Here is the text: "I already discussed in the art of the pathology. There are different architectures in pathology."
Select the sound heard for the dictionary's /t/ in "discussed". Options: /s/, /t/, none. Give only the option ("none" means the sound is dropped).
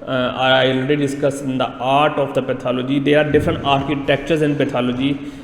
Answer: none